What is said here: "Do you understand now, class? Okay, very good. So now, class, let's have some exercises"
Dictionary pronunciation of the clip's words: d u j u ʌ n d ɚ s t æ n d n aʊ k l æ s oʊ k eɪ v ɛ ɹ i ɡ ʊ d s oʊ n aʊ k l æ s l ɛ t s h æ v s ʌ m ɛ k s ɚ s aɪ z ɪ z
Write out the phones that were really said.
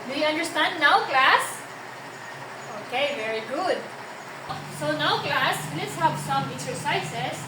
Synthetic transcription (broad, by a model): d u j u ʌ n d ɚ s t æ n d n aʊ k l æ s oʊ k eɪ v ɛ ɹ i ɡ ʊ d s oʊ n aʊ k l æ s l ɛ t s h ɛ p s ʌ m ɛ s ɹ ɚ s aɪ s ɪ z